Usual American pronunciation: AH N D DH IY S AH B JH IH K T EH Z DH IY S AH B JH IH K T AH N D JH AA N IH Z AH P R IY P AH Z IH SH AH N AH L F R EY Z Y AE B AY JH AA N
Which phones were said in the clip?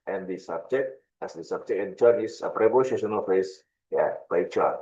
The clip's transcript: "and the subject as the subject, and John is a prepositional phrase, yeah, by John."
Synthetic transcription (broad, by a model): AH N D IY S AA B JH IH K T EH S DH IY S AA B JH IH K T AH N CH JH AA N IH S AH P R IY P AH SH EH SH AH N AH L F EY S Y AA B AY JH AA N